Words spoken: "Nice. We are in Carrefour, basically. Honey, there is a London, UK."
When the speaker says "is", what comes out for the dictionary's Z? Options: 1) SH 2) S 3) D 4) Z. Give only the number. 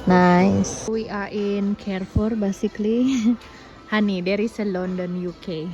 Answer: 2